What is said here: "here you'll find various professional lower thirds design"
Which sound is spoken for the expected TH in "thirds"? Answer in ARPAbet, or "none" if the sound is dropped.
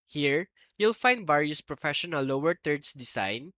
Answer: T